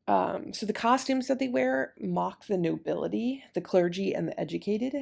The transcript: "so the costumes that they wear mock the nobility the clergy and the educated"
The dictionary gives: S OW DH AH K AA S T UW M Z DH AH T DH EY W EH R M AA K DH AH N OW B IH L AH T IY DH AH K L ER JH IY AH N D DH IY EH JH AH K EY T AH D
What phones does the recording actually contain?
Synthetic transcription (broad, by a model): S OW DH AH K AA S T UW M Z DH AH T DH EY W EH R M AA K DH AH N OW B IH L AH T IY DH AH K L ER JH IY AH N DH IY EH JH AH K EY T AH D